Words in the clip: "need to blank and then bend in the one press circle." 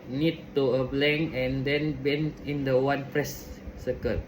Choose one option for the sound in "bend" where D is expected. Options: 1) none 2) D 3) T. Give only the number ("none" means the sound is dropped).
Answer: 1